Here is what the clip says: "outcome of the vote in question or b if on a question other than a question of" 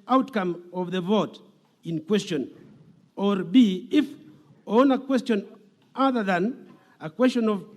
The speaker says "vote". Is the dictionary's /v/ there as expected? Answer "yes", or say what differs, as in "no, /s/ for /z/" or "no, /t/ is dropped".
yes